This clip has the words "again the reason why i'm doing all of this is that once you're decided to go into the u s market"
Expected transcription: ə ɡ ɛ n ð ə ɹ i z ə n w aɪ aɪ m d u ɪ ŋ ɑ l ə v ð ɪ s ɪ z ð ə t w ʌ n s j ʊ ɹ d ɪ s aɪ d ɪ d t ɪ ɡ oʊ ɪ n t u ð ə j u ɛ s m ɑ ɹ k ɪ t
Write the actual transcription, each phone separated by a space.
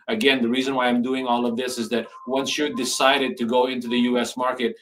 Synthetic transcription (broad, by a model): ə ɡ ɛ n ð ə ɹ i z ə n w aɪ aɪ m d u ɪ ŋ ɑ l ə v ð ɪ s ɪ z ð ə t w ʌ n s j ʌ ɹ d ɪ s aɪ d ɪ d t ɪ ɡ oʊ ɪ n t u ð ə j u ɛ s m ɑ ɹ k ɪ t